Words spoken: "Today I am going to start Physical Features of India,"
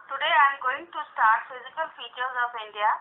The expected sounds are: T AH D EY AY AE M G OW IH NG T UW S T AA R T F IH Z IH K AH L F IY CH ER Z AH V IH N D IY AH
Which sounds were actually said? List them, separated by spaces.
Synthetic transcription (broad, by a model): T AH D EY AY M G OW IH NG T UW S T AA R T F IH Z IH K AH L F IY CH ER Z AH P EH N D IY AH